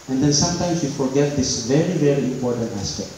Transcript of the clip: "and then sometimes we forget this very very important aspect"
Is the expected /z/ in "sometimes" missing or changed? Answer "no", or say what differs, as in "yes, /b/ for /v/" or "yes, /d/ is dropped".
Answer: yes, /s/ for /z/